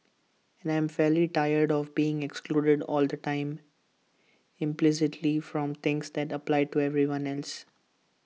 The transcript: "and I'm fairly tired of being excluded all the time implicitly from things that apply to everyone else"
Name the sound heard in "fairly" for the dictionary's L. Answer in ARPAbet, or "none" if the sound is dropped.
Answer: L